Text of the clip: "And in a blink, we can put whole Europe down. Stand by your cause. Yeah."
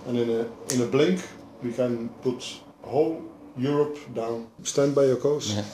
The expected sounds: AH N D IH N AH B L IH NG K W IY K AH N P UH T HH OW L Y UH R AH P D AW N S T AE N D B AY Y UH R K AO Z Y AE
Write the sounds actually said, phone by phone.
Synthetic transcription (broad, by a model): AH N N IH N AH B L IH NG K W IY K AH N P UH T HH OW L Y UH R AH P D AW N S T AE N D B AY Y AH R K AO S